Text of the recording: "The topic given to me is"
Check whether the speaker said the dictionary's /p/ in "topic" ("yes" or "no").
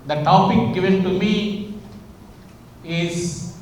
yes